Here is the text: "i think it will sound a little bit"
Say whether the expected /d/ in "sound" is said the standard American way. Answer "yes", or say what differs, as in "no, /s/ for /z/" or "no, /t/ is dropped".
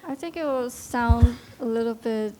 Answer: yes